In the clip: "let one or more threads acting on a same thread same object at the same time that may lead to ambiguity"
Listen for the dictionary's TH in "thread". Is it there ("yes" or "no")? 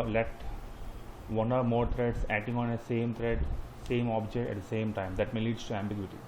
no